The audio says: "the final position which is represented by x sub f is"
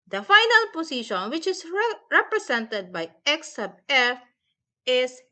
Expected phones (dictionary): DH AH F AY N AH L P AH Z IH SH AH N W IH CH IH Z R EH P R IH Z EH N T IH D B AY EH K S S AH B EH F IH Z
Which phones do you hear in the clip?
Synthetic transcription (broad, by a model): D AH F AY N AH L P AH S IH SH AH N W IH CH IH S R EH P R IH S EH N T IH D B AY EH K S S AH B EH F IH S